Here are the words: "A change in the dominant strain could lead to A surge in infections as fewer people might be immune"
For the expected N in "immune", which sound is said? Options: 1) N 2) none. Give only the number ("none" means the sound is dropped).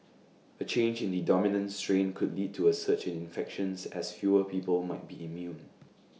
1